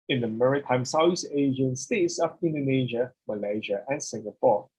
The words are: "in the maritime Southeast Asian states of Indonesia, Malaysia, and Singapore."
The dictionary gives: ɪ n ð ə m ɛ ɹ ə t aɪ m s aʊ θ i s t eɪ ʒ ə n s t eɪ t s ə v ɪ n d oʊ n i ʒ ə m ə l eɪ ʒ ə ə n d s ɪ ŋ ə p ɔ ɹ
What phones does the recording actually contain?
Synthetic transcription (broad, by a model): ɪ n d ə m ɛ ɹ ə t aɪ m s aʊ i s eɪ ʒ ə n s t eɪ t s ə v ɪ n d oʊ n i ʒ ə m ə l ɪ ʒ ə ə n s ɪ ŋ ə p ɔ